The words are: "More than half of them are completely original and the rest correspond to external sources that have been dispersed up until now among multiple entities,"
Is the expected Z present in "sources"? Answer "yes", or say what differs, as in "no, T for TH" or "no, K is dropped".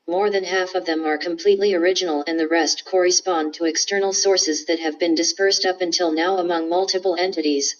yes